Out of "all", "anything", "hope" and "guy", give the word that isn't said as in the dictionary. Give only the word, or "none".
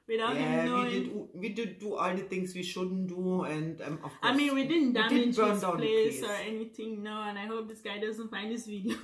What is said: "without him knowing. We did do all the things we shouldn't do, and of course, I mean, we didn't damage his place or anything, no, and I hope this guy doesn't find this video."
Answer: anything